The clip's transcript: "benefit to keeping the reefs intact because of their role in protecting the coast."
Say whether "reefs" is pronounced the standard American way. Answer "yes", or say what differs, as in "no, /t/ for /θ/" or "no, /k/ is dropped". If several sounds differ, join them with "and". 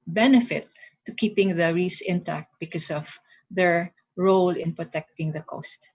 no, /f/ is dropped